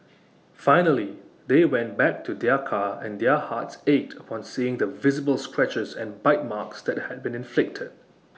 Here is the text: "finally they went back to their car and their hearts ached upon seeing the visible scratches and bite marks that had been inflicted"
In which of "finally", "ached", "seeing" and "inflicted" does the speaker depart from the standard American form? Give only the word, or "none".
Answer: none